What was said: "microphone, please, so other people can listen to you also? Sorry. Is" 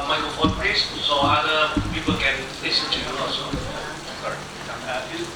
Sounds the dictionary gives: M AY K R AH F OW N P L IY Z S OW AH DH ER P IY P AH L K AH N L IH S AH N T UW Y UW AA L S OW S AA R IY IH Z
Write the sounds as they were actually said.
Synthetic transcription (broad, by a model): M AY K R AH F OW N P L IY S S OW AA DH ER P IY P AH L K AH N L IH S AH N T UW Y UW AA S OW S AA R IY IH